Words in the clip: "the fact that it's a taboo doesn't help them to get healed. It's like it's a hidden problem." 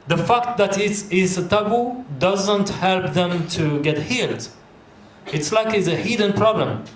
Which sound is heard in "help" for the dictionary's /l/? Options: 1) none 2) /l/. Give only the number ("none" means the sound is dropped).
2